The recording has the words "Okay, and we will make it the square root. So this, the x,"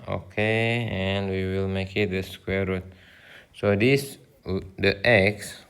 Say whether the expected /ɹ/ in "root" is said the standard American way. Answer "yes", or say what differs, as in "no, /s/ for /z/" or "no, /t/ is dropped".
yes